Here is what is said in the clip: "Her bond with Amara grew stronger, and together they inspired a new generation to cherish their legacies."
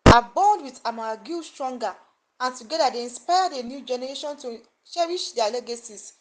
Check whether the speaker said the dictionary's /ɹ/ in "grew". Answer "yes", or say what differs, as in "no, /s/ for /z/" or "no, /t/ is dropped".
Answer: no, /ɹ/ is dropped